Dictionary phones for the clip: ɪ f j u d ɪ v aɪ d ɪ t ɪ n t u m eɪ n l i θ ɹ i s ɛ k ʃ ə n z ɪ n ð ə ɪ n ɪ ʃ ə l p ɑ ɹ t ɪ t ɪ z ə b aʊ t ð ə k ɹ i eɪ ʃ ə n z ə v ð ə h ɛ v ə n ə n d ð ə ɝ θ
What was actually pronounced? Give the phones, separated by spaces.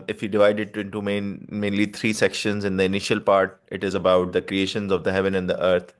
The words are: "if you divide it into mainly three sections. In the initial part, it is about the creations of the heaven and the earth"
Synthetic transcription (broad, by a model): ɪ f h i d ɪ v aɪ d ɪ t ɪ n t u m eɪ n l i t ɹ i s ɛ k ʃ ə n z ɪ n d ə ɪ n ɪ ʃ ə l p ɑ ɹ t ɪ t ɪ z ə b aʊ t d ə k ɹ i eɪ ʃ ə n z ə v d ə h ɛ v ə n ə n d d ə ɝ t